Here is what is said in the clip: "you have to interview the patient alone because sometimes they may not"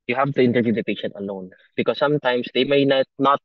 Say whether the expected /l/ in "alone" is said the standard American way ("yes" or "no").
no